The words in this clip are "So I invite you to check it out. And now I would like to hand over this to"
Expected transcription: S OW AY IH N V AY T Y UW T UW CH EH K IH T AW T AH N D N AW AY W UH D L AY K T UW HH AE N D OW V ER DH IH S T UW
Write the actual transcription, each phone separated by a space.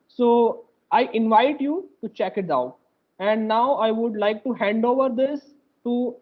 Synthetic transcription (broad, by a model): S OW AY IH N V AY T Y UW T UW CH EH K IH T AW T AH N D N AW AY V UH D L AY K T UW HH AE N D OW V ER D IH S T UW